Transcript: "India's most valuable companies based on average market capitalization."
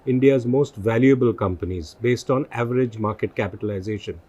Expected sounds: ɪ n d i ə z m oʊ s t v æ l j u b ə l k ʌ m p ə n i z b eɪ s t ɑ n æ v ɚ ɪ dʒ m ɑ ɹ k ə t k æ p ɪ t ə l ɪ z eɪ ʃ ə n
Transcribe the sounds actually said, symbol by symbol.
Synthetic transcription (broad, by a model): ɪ n d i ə z m oʊ s t v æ l j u b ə l k ʌ m p ə n i z b eɪ s t ɑ n æ v ɚ ɪ dʒ m ɑ ɹ k ə t k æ p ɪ t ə l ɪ z eɪ ʃ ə n